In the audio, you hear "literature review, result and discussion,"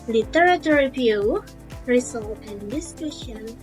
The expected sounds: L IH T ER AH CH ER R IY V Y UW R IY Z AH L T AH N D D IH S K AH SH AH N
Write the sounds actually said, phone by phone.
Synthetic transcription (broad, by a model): L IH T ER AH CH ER R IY P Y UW R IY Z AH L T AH N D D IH S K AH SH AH N